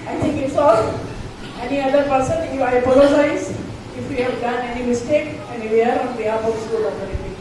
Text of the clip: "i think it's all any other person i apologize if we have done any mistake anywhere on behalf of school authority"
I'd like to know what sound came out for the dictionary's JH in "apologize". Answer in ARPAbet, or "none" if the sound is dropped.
JH